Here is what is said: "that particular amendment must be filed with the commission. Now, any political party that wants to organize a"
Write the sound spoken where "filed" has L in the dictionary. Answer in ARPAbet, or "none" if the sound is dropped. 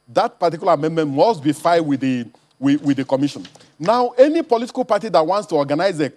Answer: W